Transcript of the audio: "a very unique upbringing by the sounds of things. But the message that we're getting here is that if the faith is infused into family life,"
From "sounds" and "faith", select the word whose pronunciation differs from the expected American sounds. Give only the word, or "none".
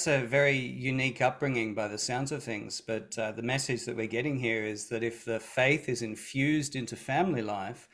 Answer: none